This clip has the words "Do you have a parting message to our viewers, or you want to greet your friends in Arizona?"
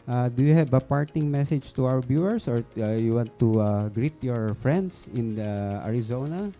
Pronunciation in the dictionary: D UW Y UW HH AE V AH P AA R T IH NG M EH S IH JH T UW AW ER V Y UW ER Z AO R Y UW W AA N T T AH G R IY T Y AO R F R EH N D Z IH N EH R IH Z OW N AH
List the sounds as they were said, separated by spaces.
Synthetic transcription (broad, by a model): D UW Y UW HH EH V AH P AA R T IH NG M EH S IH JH T UW AW ER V Y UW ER S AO R Y UW W AA N T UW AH G R IY T Y AO R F R EH N D S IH N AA R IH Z OW N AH